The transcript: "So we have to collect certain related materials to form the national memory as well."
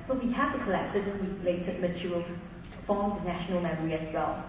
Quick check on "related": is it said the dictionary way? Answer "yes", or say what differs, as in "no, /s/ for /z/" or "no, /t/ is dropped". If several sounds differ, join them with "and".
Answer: no, /w/ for /ɹ/